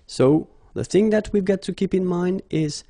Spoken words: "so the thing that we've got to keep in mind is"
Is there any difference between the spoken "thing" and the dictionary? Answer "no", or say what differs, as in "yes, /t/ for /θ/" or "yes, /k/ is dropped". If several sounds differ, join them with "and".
no